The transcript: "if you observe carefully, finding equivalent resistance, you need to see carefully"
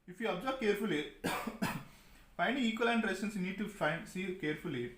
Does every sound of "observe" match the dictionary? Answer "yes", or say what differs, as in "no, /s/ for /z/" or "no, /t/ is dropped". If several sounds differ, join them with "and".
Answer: no, /b/ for /v/